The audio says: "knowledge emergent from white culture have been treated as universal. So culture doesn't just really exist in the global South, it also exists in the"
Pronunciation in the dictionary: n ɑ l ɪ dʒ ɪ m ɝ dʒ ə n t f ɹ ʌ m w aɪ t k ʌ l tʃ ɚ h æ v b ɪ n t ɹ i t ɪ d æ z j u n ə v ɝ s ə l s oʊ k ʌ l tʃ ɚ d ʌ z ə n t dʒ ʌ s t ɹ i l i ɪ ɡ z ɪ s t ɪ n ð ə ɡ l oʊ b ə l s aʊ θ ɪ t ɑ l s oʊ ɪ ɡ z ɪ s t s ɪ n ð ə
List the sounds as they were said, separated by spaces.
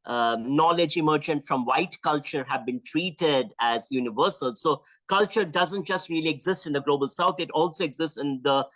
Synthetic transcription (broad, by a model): n ɑ l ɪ dʒ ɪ m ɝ dʒ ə n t f ɹ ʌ m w aɪ t k ʌ l tʃ ɚ h æ v b ɪ n t ɹ i t ɪ d æ z j u n ə v ɝ s ə l s oʊ k ʌ l tʃ ɚ d ʌ z ə n t dʒ ʌ s t ɹ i l i ɪ ɡ z ɪ s t ɪ n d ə ɡ l oʊ b ə l s aʊ t ɪ t ɑ l s oʊ ɪ ɡ z ɪ s t s ɪ n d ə